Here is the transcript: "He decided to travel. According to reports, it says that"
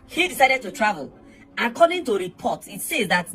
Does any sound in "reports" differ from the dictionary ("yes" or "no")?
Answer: yes